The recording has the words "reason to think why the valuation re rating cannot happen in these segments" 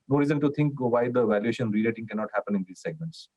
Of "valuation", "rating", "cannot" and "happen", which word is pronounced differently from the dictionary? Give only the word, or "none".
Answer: rating